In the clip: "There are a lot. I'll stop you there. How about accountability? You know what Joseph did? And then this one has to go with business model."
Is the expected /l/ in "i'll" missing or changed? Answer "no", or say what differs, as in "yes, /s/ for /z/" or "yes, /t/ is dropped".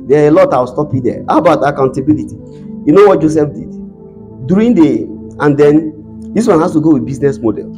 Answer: yes, /w/ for /l/